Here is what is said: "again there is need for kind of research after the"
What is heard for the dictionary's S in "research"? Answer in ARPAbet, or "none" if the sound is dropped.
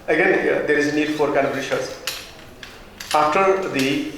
SH